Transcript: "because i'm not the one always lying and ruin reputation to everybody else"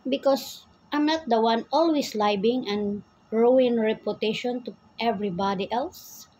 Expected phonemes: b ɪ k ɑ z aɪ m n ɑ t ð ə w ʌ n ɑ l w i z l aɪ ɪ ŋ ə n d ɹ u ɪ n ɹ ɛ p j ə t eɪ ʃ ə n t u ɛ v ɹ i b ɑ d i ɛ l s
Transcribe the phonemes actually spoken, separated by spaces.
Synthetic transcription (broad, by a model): b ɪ k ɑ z aɪ m n ɑ t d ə w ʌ n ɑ l w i s l aɪ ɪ ŋ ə n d ɹ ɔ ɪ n ɹ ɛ p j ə t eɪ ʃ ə n t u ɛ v ɹ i b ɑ d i ɛ l s